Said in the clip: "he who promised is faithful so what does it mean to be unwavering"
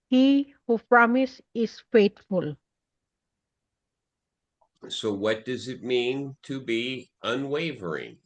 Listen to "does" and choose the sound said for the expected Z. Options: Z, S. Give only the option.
Z